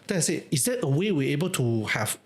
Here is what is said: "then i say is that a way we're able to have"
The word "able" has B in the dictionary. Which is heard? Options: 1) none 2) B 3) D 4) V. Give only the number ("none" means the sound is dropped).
2